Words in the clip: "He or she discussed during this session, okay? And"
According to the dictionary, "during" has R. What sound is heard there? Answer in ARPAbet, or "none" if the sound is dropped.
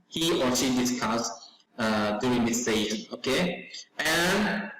none